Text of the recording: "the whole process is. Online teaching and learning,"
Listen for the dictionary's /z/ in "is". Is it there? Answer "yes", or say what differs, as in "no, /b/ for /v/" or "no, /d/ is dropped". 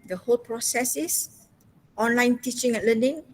no, /s/ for /z/